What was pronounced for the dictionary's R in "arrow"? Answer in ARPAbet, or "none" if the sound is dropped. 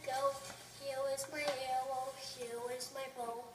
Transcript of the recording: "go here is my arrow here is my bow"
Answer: W